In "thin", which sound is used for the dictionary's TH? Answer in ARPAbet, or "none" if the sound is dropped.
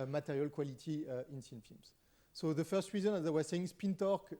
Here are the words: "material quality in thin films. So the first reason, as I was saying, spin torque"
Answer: S